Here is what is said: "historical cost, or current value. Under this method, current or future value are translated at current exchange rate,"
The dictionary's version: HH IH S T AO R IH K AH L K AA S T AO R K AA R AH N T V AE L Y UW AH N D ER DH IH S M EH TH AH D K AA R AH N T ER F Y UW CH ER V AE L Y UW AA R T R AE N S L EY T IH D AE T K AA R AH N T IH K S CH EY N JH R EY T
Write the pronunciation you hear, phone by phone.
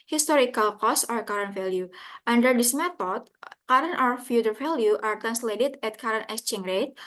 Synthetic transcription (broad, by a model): HH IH S T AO R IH K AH L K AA S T AO R K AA R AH N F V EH L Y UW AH N D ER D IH S M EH T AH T K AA R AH N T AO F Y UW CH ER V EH L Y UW AA R T R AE N S L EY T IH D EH T K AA R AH N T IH S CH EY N R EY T